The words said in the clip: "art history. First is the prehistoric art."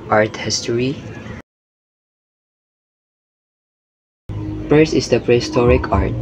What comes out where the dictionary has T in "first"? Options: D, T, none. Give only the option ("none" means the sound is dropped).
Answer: none